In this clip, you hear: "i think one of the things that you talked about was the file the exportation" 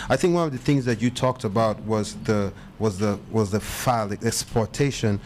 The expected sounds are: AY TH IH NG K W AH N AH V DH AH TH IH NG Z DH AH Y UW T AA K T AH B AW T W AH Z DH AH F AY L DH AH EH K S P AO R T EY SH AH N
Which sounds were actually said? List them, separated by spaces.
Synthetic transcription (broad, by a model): AY TH IH NG K W AH N AH V DH AH TH IH NG Z DH AH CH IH T AA K T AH B AW T W AH Z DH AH F AY L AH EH K S P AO R T EY SH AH N